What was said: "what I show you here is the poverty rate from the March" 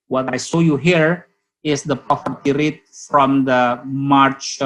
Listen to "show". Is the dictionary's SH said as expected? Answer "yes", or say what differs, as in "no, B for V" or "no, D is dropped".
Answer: no, S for SH